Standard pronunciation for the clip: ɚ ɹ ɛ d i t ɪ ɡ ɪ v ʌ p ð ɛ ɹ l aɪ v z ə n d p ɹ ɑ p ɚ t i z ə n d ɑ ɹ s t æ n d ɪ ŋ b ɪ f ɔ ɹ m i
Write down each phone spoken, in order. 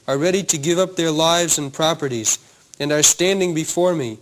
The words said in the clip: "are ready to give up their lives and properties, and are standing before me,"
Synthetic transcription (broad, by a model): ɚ ɹ ɛ d i t ɪ ɡ ɪ v ʌ p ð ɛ ɹ l aɪ v z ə n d p ɹ ɑ p ɚ t i z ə n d ɑ ɹ s t æ n d ɪ ŋ b ɪ f ɔ ɹ m i